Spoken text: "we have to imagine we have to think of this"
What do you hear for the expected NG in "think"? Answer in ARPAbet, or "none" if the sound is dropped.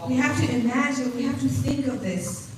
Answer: NG